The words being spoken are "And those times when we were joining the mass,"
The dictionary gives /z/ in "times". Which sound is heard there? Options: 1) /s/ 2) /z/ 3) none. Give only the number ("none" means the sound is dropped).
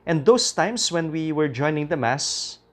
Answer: 1